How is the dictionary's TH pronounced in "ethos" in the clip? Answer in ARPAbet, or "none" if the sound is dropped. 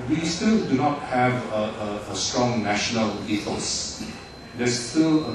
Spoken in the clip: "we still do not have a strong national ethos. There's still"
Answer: F